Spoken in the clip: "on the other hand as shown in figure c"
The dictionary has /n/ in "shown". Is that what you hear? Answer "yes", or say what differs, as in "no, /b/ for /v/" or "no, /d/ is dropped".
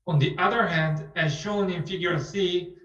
yes